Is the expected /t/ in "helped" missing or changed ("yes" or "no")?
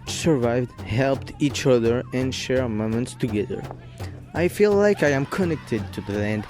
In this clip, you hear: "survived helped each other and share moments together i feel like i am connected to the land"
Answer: no